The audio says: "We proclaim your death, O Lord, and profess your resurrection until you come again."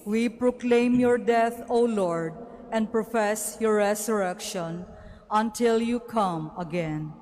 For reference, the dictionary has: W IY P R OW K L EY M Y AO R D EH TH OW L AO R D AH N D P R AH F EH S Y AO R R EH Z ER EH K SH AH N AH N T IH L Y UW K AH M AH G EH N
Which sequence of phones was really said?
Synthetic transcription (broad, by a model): W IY P R OW K L EY M Y AO R D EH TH OW L AO R D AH N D P R AH F EH S Y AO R R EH S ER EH K SH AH N AH N T IH L Y UW K AH M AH G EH N